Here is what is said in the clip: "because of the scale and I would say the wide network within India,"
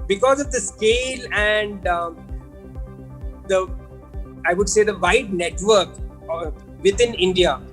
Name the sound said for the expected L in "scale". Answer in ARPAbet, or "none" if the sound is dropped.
L